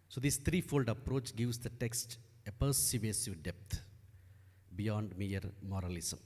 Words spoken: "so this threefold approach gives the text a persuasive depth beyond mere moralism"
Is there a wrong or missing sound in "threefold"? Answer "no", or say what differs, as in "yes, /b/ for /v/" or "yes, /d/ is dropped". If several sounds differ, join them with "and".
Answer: yes, /t/ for /θ/